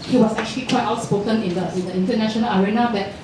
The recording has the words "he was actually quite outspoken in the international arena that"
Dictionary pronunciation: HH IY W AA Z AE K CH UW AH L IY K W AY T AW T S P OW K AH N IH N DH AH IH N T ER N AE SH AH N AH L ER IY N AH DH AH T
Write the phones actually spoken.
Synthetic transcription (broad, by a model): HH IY W AA S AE K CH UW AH L IY K W AY T AW T S P OW K AH N IH N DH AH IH N T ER N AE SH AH N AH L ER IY N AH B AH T